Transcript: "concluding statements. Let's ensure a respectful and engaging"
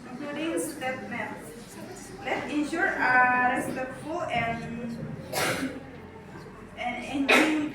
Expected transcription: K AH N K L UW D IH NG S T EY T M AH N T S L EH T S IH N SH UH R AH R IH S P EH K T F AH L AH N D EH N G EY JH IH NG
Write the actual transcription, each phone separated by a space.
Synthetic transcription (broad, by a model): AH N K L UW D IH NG S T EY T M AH T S L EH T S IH N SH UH R AH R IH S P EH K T F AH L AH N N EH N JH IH